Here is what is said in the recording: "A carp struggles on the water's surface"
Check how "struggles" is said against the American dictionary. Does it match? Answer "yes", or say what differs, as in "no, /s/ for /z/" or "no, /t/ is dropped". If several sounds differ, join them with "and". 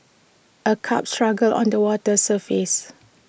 no, /z/ is dropped